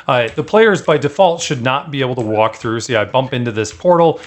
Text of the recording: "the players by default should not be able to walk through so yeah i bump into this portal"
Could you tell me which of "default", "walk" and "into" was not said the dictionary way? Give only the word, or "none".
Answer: none